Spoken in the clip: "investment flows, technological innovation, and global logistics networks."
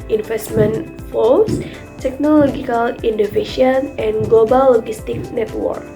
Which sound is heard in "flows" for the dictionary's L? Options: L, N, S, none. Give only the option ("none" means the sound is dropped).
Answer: none